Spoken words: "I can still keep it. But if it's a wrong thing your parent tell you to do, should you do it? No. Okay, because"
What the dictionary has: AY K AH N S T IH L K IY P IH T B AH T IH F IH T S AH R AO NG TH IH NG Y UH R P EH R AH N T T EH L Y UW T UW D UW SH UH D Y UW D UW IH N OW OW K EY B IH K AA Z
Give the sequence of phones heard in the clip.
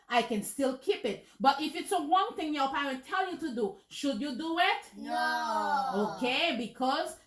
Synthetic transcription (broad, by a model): AY K AH N S T IH L K IY P IH T B AH T IH F IH T S AH W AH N TH IH NG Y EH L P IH W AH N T T EH L Y UW T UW D UW SH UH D Y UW D UW IH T OW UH K EY B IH K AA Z